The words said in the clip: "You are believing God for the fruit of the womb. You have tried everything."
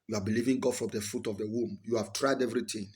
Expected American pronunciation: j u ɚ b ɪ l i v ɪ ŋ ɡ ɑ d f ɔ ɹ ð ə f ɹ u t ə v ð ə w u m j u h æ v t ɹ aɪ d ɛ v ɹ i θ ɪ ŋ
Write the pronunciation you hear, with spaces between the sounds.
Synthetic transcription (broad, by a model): j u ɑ b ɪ l i v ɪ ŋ ɡ ɑ d f ɔ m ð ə f u t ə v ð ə w u m j u h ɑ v t ɹ aɪ d ɛ v ɹ i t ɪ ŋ